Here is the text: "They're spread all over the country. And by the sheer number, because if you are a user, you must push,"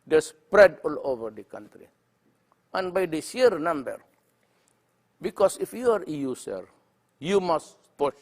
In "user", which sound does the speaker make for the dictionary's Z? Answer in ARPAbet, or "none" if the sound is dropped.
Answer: S